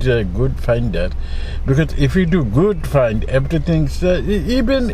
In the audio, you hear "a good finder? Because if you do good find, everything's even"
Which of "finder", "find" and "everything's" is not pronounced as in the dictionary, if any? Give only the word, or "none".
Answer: everything's